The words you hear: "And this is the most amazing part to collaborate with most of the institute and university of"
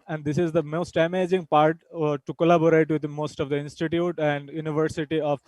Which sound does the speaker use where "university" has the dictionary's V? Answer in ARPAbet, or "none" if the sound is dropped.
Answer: V